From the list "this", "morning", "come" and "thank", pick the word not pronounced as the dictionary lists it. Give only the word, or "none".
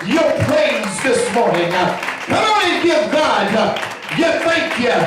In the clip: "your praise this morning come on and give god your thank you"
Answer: come